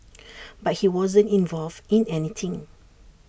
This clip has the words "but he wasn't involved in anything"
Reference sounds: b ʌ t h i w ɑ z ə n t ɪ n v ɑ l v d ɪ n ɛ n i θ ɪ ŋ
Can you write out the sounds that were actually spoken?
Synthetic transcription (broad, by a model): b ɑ t h i w ɑ z ə n t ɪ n v ɑ l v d ɪ n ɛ n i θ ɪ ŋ